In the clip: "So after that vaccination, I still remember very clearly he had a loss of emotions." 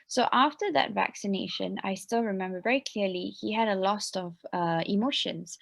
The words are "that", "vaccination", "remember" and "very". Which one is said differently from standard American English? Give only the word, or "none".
none